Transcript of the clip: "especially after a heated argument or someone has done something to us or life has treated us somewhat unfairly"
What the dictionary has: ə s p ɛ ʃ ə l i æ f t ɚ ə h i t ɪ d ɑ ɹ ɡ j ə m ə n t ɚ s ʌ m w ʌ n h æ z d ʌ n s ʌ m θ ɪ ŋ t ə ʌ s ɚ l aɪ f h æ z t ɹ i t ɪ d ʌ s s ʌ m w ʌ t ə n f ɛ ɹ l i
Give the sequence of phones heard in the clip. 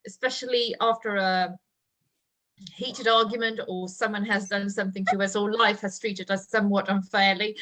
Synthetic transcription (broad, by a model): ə s p ɛ ʃ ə l i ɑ f t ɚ ə h i t ɪ d ɑ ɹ ɡ j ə m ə n t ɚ s ʌ m w ʌ n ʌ z d ʌ n s ʌ m θ ɪ ŋ t ə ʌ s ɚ l aɪ f h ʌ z t ɹ i t ɪ d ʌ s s ʌ m w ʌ t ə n f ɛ l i